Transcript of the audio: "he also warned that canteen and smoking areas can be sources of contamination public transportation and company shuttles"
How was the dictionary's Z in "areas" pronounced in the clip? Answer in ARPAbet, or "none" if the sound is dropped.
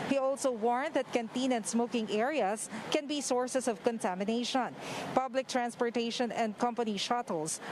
S